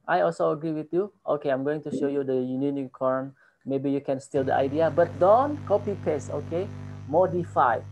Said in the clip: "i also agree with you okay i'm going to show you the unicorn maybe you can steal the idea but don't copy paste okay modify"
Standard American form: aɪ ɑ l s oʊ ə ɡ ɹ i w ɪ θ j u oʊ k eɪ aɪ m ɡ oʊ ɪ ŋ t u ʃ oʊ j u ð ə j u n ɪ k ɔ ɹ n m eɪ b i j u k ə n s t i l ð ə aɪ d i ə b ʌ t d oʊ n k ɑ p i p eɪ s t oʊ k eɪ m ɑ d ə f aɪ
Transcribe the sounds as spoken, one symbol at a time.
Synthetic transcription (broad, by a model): aɪ ɑ l s oʊ ə ɡ ɹ i w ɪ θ j u oʊ k eɪ aɪ m ɡ oʊ ɪ ŋ t u ʃ oʊ j u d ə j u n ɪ k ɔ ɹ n m eɪ b i j u k ə n s t i l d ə aɪ d i ə b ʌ t d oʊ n k ɑ p i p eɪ s oʊ k eɪ m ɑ d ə f aɪ